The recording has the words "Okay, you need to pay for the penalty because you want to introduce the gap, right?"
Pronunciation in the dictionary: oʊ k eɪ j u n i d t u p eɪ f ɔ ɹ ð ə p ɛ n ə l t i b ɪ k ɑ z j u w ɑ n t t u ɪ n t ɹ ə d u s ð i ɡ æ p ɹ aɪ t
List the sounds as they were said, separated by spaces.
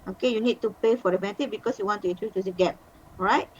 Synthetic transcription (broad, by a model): oʊ k eɪ j u n i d t u p eɪ f ɔ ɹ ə b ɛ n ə t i b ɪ k ɑ s j u w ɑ n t t u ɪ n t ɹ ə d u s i ɡ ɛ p ɹ aɪ t